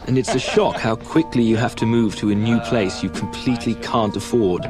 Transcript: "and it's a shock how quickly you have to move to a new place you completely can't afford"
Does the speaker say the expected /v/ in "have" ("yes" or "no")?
no